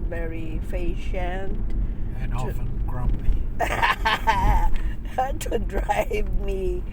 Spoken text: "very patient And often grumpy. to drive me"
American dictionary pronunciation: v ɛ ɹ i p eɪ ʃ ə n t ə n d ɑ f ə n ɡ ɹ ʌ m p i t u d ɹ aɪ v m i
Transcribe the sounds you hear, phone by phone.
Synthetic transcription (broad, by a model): v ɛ ɹ i f eɪ ʃ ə n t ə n ɑ f ə n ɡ ɹ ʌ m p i t u d ɹ aɪ v m i